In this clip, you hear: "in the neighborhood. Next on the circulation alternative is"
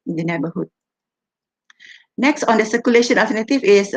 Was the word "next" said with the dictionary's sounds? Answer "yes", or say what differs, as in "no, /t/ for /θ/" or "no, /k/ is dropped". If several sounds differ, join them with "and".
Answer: yes